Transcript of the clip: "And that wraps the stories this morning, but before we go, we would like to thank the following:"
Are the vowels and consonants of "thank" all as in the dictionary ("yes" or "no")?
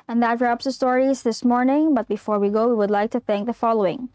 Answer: yes